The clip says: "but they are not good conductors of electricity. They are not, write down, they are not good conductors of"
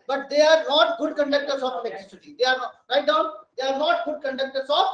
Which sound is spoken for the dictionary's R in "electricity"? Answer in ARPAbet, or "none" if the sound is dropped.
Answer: none